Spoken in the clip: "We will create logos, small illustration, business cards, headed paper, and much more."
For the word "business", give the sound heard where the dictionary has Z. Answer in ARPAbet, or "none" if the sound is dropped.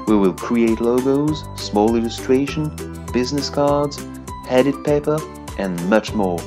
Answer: Z